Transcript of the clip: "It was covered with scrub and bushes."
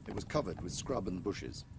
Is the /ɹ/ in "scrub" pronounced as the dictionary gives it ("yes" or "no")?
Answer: yes